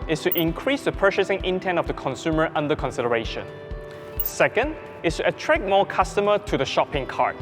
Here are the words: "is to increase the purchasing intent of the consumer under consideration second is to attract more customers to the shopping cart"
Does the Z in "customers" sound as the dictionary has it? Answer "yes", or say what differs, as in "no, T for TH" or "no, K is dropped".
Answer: no, Z is dropped